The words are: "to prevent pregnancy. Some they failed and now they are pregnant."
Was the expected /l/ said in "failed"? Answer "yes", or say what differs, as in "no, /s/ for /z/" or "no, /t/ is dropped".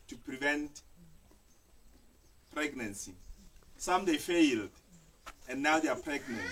yes